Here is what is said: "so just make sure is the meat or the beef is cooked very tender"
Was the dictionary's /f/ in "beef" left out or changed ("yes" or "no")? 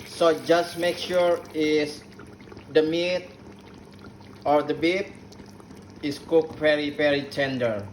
yes